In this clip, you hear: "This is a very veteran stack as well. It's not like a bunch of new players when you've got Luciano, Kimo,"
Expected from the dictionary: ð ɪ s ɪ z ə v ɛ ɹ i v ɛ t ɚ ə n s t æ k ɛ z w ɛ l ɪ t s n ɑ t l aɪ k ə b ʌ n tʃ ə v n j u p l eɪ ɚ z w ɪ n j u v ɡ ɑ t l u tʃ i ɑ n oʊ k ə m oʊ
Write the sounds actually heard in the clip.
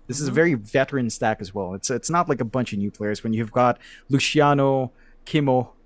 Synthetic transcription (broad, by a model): ð ɪ s ɪ z ə v ɛ ɹ i v ɛ t ɚ ə n s t æ k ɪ z w ɛ l ɪ t s n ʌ t l aɪ k ə b ʌ n tʃ ə v n j u p l eɪ ɚ z w ɪ n j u v ɡ ɑ t l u ʃ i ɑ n oʊ k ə m oʊ